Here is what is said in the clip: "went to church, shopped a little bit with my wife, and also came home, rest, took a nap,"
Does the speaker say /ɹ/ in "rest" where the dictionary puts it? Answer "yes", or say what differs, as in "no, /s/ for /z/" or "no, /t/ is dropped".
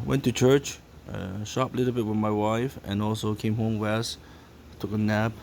no, /w/ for /ɹ/